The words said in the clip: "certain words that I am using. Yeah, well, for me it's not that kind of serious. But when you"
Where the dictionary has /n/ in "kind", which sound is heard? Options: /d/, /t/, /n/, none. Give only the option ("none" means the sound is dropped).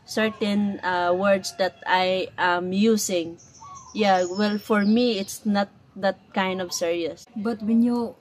/n/